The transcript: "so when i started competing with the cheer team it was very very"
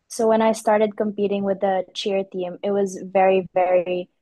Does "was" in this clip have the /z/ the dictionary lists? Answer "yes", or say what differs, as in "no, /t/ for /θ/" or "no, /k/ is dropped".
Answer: yes